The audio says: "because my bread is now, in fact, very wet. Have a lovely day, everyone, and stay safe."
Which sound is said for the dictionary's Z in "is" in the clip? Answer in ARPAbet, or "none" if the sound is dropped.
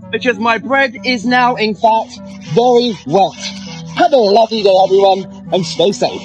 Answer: Z